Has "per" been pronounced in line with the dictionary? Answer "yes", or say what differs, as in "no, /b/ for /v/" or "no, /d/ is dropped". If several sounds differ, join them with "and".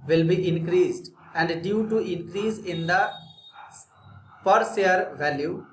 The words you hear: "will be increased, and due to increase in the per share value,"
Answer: yes